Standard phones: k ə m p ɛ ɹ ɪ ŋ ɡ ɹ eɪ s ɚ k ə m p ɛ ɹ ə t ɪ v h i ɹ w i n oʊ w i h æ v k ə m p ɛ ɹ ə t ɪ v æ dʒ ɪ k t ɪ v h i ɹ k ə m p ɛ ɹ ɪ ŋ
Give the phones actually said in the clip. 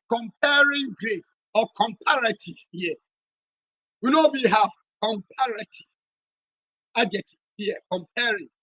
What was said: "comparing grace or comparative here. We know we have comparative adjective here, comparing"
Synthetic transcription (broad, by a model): k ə m p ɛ ɹ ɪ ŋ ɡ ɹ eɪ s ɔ k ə m p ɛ ɹ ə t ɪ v h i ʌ w i n oʊ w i h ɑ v k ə m p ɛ ɹ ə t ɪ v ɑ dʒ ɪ t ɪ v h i k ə m p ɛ ɹ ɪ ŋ